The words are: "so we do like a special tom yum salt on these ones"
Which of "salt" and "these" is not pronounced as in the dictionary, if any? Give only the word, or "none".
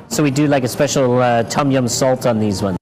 none